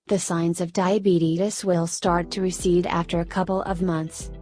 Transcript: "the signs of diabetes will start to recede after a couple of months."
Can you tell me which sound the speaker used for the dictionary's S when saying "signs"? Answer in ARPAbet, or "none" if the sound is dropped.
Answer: S